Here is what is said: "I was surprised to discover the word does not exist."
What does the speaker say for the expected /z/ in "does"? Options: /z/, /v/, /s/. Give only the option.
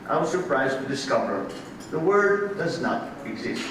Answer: /z/